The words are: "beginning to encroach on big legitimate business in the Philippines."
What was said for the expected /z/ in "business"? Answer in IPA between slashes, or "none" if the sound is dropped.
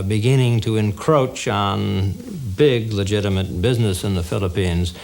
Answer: /z/